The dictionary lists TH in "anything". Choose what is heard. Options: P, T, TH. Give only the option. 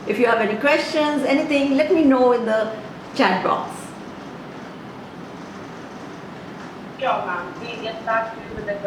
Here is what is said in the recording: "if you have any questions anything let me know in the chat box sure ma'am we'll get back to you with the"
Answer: T